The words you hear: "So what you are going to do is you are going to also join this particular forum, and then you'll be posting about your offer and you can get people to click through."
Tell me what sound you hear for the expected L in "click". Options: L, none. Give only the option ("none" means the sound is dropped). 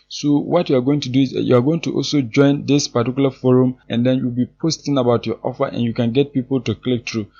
L